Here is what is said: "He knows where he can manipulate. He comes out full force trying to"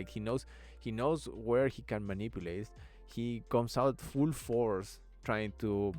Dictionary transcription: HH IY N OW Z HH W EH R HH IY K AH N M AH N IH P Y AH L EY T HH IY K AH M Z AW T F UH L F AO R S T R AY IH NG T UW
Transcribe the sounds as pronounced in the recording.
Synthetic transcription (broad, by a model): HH IY N OW S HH W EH R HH IY K AH N M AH N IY P Y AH L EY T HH IY K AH M S AW T F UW L F AO R S T R AY IH NG T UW